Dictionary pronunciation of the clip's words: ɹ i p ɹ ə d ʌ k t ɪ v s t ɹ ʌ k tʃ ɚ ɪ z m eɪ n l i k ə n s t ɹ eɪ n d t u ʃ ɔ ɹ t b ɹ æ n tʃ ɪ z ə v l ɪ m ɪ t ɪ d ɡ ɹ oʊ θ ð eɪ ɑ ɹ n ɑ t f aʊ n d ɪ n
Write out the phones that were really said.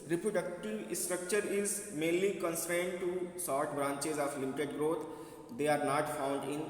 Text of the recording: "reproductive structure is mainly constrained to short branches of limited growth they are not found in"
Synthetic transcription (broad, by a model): ɹ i p ɹ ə d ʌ k t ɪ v s t ɹ ʌ k tʃ ɚ ɪ z m eɪ n l i k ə n s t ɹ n d t u s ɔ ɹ t b ɹ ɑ n tʃ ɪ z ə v l ɪ m ɪ t ɪ d ɡ ɹ oʊ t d eɪ ɑ ɹ n ɑ t f aʊ n d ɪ n